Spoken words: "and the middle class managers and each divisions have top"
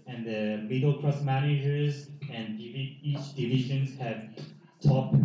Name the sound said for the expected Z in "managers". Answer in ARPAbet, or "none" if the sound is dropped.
Z